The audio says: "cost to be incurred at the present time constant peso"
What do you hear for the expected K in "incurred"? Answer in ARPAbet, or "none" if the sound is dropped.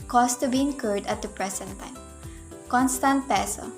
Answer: K